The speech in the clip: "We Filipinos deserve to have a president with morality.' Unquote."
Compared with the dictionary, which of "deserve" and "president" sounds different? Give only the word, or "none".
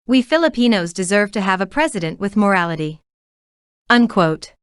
none